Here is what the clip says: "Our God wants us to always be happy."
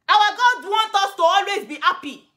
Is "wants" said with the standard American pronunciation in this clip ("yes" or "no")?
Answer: no